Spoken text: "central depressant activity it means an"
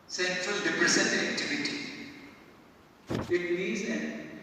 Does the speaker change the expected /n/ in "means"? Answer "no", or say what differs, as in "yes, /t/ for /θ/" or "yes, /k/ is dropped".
yes, /n/ is dropped